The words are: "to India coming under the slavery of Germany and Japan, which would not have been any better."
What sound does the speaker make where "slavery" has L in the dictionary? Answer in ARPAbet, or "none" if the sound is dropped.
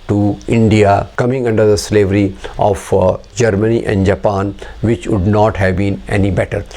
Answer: L